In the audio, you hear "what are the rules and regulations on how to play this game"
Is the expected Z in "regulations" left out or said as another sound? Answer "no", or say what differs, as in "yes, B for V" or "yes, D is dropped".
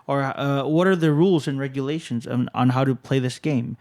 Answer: no